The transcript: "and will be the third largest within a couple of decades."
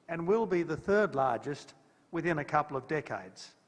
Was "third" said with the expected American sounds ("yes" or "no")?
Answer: yes